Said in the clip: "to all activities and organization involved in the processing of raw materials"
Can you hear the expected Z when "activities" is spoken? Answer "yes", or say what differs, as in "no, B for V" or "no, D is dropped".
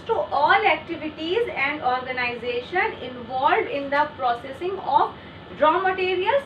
yes